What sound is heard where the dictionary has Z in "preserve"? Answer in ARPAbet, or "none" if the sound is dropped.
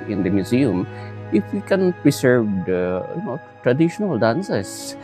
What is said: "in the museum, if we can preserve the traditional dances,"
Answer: S